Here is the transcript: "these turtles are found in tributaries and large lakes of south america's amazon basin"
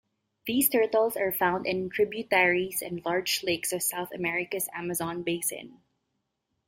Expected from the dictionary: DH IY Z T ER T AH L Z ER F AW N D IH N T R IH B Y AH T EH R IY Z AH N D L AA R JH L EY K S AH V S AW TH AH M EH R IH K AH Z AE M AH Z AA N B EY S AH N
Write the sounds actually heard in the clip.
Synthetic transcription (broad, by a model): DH IY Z T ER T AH L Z ER F AW N D IH N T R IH B Y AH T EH R IY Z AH N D L AA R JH L EY K S AH V S AW TH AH M EH R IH K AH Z AE M AH Z AA N B EY S AH N